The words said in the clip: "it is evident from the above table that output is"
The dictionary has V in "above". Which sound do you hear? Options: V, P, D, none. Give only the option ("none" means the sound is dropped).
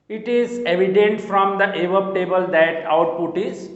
P